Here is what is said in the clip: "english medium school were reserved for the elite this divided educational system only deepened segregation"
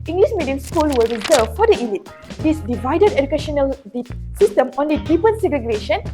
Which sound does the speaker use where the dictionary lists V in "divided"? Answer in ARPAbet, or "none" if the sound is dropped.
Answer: V